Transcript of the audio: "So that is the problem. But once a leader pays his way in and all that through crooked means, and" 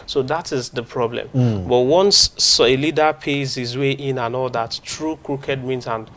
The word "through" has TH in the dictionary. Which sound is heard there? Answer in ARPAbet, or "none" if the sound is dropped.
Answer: T